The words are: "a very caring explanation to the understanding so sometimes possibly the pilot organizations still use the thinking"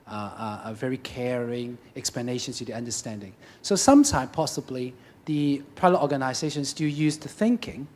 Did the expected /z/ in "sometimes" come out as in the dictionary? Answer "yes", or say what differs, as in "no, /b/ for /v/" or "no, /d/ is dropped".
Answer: no, /z/ is dropped